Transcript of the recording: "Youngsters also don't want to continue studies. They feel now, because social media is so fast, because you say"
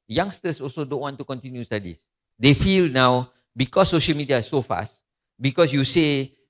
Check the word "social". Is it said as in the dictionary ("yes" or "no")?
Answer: yes